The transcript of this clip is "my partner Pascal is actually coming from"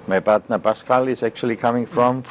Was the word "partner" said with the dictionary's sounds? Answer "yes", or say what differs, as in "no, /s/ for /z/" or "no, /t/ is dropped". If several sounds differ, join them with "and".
no, /b/ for /p/